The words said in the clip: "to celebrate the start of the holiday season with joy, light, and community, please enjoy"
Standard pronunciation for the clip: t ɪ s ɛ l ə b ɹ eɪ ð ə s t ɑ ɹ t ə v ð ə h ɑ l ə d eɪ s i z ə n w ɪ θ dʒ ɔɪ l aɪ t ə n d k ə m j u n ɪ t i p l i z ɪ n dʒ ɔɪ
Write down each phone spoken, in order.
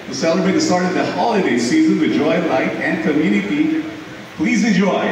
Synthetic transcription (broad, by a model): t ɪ s ɛ l ə b ɹ eɪ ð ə s t ɑ ɹ t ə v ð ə h ɑ l ə d eɪ s i z ə n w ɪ dʒ ɔɪ l aɪ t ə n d k ə m j u n ɪ t i p l i z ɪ n dʒ ɔɪ